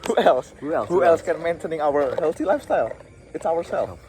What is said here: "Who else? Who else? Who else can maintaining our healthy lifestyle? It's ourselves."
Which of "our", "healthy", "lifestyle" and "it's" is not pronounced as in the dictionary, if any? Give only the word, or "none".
none